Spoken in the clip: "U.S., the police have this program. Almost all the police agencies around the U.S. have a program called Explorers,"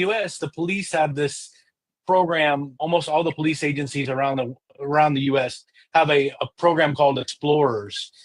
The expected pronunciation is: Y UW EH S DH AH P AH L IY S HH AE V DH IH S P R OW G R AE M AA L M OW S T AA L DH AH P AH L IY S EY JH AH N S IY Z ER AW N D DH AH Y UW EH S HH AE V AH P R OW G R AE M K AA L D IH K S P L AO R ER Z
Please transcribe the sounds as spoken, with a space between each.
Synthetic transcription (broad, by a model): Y UW EH S DH AH P AH L IY S HH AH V DH IH S P R OW G R AE M AA L M OW S T AA L DH AH P AH L IY S EY JH AH N S IY Z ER AW N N DH AH Y UW EH S HH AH V AH P R OW G R AE M K AA L D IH K S P L AO R ER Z